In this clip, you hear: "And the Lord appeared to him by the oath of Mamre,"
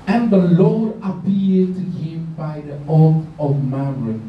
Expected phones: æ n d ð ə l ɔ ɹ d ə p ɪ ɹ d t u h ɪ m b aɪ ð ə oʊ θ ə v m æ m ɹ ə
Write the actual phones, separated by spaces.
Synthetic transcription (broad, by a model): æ n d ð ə l ɔ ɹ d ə p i l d t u h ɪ m b aɪ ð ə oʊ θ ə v m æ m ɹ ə